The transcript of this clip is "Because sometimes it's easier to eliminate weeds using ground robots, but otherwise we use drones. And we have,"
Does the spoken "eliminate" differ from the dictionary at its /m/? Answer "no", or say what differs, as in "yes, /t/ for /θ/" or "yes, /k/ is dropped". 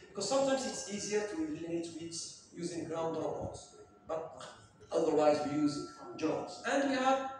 yes, /m/ is dropped